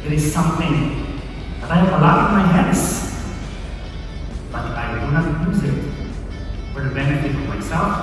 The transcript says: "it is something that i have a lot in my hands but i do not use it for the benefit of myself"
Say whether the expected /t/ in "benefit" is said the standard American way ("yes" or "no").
no